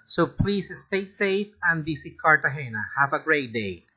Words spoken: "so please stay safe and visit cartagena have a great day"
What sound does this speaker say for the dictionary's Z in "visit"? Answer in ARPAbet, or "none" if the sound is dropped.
S